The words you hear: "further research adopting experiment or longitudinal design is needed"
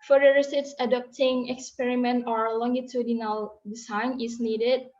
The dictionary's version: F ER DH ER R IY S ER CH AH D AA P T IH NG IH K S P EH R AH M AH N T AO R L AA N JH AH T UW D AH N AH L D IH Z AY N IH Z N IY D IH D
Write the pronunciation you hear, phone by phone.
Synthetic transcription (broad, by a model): F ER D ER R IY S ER S AH D AA P T IH NG IH K S P EH R AH M AH N T AO R L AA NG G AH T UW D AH N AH L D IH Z AY N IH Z N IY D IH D